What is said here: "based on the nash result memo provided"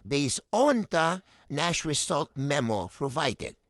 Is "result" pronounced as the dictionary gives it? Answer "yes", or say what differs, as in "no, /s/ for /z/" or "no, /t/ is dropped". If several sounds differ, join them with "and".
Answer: no, /s/ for /z/